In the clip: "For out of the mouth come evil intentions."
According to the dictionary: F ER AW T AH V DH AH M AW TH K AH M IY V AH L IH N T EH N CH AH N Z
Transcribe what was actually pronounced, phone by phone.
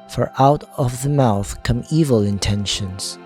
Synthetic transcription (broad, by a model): F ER AW T AH V DH AH M AW TH K AH M IY V AH L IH N T EH N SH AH N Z